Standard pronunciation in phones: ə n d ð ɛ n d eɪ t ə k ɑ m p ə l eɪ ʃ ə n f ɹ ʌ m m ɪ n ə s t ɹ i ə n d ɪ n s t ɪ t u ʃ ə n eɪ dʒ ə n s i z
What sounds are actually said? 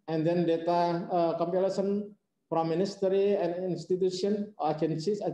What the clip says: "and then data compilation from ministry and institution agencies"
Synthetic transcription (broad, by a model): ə n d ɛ n d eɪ t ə k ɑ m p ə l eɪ s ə n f ɹ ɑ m m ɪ n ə s t ɹ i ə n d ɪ n s t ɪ t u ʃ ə n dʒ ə n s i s